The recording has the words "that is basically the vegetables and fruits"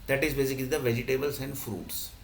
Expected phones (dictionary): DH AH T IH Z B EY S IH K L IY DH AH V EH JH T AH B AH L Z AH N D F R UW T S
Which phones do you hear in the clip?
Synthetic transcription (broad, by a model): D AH T IH Z B EY S IH K L IY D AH V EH JH T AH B AH L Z AH N D F R UW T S